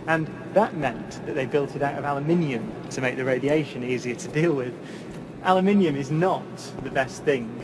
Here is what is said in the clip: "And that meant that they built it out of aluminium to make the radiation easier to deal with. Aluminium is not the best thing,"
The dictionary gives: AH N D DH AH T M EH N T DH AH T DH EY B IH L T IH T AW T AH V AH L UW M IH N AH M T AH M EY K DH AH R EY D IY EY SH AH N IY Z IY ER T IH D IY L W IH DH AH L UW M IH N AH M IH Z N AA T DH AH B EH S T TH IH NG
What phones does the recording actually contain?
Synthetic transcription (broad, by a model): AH N DH AH T M EH N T DH AH T DH EY B IH L T IH T AW T AH V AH L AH M IH N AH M T AH M EY K DH AH R EY D IY EY SH AH N IY Z IY ER T IH D IY L W IH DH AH L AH M IH N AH M IH Z N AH T DH AH B EH S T TH IH NG